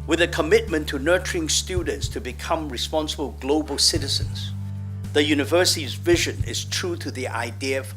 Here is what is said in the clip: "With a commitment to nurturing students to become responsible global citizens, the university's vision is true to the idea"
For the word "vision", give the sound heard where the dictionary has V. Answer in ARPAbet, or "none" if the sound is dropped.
V